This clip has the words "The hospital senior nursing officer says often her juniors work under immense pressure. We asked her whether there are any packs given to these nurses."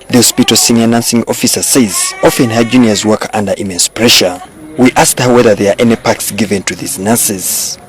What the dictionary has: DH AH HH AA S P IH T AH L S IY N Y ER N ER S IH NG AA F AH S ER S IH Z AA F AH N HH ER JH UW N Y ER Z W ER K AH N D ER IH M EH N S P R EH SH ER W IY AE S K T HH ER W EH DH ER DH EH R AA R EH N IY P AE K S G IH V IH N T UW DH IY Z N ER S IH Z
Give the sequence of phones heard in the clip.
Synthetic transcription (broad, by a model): DH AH HH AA S P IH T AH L S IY N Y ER N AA S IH NG AA F AH S ER S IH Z AA F AH N HH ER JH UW N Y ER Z W ER K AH N D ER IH M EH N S P R EH SH ER W IY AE S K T HH ER W EH DH ER DH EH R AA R EH N IY P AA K S G IH V IH N T UW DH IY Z N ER S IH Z